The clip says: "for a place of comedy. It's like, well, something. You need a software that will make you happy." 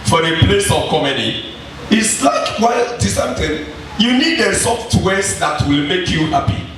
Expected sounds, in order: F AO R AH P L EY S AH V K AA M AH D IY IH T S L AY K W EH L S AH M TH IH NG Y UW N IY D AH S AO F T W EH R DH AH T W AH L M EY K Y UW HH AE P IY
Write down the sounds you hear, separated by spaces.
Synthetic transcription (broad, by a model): F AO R AH P L EY S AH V K AA M AH D IY IH T S L AY K W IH L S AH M T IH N Y UW N IY D AH S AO F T W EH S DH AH T W AH L M EY K Y UW HH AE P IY